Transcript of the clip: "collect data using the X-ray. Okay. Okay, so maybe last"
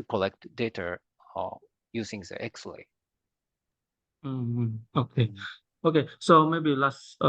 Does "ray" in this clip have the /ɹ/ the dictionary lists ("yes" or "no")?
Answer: no